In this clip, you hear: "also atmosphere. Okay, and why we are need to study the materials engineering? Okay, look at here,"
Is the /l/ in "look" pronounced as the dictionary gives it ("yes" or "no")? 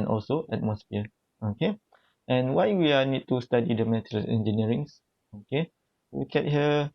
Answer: no